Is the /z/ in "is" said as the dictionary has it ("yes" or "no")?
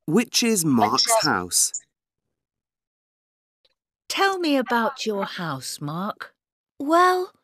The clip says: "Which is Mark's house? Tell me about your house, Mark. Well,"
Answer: yes